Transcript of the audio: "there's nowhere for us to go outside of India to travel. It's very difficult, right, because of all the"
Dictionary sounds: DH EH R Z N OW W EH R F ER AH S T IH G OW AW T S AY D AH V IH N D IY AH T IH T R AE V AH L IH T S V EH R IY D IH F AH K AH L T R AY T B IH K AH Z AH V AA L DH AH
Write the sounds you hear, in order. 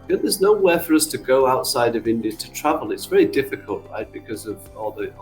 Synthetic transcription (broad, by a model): DH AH R Z N OW W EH F ER AH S T IH G OW AW T S AY D AH V IH N D IY AH T IH T R AE V AH L IH T S V EH R IY D IH F AH K AH L T R AY T B IH K AH Z AH V AA L DH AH